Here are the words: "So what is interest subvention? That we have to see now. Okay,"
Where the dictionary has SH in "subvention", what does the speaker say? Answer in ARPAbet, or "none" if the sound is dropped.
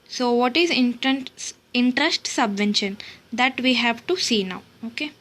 SH